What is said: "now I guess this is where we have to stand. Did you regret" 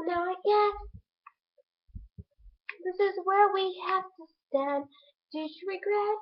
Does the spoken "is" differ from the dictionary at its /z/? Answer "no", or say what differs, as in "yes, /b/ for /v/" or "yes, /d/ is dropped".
no